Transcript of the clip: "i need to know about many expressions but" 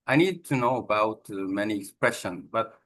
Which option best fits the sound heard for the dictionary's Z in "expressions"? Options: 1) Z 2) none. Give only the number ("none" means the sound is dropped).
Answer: 2